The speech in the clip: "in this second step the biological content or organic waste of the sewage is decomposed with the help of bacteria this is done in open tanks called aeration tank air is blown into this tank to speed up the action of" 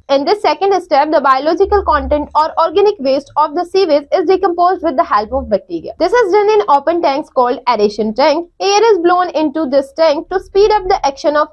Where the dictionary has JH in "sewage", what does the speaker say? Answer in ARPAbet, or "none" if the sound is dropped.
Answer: Z